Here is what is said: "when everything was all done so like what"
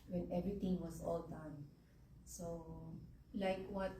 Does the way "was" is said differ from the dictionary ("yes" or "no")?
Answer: yes